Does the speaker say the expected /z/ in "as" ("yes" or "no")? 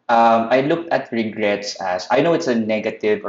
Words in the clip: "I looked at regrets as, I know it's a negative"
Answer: no